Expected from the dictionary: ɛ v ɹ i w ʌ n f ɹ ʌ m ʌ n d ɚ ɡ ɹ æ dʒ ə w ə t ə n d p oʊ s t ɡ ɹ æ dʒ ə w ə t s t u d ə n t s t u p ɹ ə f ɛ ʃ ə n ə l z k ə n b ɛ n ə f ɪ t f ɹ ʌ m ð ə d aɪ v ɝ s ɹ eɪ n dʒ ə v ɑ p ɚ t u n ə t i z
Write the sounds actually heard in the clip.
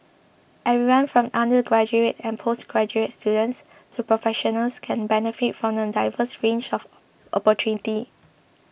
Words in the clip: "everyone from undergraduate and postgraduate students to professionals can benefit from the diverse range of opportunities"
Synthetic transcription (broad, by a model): ɛ ɹ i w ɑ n f ɹ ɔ m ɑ n d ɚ ɡ ɹ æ dʒ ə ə t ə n p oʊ s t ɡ ɹ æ dʒ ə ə t s t u d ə n t s t u p ɹ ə f ɛ ʃ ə n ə l s k ə n b ɛ n ə f ɪ t f ɹ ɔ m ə d aɪ v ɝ s ɹ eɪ n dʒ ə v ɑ p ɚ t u n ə t i